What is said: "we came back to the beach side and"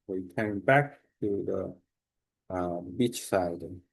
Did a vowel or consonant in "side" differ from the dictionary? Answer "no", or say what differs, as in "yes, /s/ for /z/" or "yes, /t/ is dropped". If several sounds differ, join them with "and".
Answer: yes, /d/ is dropped